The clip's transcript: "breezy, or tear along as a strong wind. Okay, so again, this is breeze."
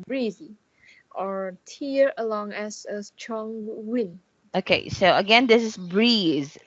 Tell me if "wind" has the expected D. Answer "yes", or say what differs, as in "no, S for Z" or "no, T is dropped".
no, D is dropped